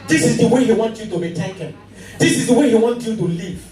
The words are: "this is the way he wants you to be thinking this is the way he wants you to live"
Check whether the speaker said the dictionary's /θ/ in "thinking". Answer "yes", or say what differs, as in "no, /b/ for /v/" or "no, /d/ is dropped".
no, /t/ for /θ/